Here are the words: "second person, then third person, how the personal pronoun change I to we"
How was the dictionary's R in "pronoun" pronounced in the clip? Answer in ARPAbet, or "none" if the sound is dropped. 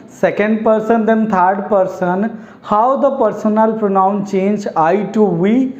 R